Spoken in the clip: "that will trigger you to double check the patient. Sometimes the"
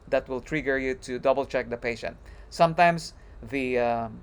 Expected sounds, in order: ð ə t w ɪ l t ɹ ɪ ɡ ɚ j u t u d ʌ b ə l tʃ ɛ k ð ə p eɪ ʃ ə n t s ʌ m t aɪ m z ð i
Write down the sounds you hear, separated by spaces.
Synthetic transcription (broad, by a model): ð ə t w ɪ l t ɹ ɪ ɡ ɚ j u t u d ʌ b ə l tʃ ɛ k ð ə p eɪ ʃ ə n t s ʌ m t aɪ m s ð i